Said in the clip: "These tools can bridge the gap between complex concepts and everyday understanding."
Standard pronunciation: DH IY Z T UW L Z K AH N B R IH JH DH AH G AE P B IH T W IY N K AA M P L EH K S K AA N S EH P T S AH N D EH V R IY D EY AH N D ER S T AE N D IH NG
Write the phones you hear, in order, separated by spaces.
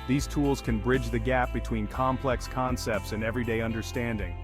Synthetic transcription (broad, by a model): DH IY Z T UW L Z K AH N B R IH JH DH AH G AE P B IH T W IY N K AA M P L EH K S K AA N S EH P T S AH N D EH V R IY D EY AH N D ER S T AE N D IH NG